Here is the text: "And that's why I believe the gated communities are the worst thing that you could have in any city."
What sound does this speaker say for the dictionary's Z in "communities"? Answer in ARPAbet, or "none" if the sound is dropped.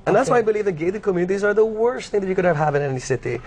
Z